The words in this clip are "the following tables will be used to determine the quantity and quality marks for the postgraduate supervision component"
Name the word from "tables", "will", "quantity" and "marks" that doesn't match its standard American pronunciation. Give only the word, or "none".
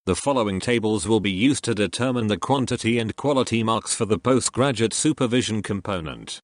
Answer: none